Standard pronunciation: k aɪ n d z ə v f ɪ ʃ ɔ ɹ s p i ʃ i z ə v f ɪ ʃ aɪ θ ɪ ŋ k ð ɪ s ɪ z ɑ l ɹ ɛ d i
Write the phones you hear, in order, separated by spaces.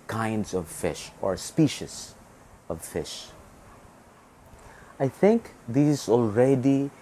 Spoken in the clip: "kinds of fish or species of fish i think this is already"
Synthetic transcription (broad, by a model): k aɪ n d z ə v f ɪ ʃ ɔ ɹ s p i ʃ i s ə v f ɪ ʃ aɪ θ ɪ ŋ k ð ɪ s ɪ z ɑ l ɹ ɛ d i